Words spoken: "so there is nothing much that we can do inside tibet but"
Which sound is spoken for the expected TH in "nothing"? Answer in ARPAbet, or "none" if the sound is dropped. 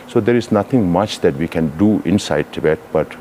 T